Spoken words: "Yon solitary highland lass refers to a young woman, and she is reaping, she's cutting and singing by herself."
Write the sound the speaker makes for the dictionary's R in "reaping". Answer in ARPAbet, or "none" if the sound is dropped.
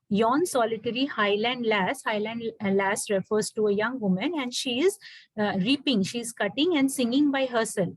R